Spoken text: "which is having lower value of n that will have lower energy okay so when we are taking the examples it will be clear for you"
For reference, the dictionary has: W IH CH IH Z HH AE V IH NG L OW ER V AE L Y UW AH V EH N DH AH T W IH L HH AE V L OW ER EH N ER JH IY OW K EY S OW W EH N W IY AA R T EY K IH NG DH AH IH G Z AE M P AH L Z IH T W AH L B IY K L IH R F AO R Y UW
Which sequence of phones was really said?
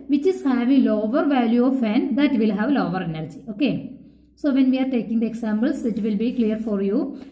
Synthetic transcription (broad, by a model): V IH CH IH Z HH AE V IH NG L OW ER V AE L Y UW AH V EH N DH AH T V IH L HH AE V L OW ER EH N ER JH IY OW K EY S OW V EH N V IY AA R T EY K IH NG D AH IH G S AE M B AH L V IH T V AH L B IY K L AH R F AO R Y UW